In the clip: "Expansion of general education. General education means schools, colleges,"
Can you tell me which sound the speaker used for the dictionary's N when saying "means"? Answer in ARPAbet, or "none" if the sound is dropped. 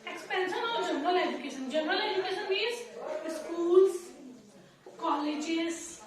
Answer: none